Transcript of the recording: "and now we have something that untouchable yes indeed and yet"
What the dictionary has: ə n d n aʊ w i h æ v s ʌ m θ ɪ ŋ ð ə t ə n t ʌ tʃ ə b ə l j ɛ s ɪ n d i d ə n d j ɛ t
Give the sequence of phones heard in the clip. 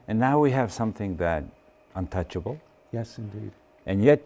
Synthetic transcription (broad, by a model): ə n n aʊ w i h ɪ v s ʌ m θ ɪ ŋ ð ə t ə n t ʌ tʃ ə b l j ɛ s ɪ n d i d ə n j ɛ t